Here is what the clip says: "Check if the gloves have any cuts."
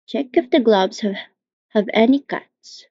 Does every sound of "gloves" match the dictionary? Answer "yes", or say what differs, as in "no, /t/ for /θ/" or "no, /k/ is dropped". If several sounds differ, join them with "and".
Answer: no, /b/ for /v/